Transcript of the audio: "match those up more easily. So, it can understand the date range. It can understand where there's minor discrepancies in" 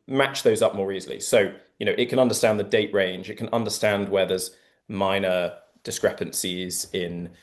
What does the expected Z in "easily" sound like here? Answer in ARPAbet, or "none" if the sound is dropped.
Z